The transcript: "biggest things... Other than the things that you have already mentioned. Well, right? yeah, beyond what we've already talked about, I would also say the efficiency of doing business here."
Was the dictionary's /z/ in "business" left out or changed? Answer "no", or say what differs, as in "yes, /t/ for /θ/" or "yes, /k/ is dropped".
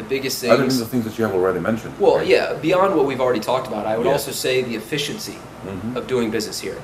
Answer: no